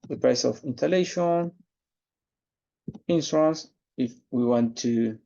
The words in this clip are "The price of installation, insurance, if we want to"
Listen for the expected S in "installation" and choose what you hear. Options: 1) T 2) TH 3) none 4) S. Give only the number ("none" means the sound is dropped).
3